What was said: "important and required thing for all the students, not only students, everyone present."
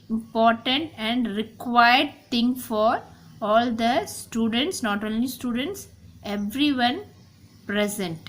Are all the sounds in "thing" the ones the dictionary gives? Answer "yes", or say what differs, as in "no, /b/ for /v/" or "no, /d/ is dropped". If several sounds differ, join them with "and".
no, /t/ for /θ/